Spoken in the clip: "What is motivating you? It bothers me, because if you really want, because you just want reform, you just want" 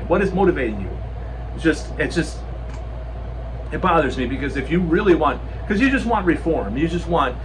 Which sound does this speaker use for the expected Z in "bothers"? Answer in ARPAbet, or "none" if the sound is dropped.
Z